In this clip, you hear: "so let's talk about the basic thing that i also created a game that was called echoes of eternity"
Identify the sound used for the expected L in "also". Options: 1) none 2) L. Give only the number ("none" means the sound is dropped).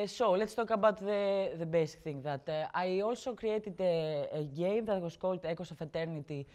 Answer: 2